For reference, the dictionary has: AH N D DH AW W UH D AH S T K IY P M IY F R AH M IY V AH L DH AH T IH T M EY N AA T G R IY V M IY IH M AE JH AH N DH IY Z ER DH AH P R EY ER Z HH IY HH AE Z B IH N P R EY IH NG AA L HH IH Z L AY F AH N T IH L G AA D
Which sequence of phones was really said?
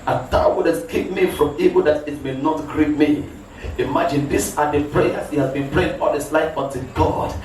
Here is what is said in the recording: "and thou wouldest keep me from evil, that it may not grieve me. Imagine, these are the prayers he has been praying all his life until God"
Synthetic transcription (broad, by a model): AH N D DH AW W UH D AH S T K IY P M IY F R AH M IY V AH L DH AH T IH T M EY N AA T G R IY P M IY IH M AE JH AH N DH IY S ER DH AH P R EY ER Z HH IY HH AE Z B IH N P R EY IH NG AA L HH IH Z L AY F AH N T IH G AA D